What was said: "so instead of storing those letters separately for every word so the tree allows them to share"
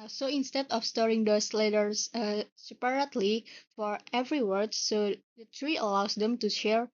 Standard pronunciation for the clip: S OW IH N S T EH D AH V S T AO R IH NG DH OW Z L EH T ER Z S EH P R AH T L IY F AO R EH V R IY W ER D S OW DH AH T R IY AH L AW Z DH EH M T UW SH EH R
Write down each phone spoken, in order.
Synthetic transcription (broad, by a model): S OW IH N S T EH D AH F S T AO R IH NG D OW S L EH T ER S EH P R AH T L IY F AO R EH V R IY W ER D S OW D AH T R IY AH L AW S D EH M T UW SH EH R